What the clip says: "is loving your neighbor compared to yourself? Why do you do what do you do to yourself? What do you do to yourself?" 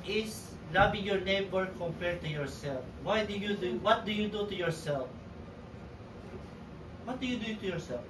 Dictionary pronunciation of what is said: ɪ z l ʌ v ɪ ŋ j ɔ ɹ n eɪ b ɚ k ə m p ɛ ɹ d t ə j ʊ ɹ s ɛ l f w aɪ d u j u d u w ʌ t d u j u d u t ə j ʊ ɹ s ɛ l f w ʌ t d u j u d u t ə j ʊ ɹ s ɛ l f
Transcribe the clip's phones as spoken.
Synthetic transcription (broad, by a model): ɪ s l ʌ b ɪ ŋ j ɔ ɹ n eɪ b ɚ k ə m p ɛ ɹ d t ə j ʊ ɹ s ɛ l f w aɪ d u j u d u w ʌ t d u j u d u t ə j ʊ ɹ s ɛ l f w ʌ t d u j u d u t ə j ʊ ɹ s ɛ l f